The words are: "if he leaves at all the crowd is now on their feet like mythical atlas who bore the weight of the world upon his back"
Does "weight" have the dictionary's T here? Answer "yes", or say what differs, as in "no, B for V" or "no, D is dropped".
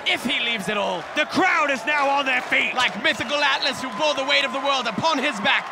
yes